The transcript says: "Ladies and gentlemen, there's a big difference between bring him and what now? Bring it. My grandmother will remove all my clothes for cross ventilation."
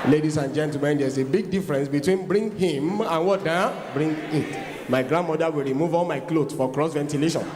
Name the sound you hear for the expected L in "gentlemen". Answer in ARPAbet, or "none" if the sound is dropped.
none